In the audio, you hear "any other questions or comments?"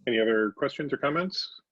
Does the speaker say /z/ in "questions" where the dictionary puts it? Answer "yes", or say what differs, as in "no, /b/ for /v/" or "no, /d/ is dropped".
yes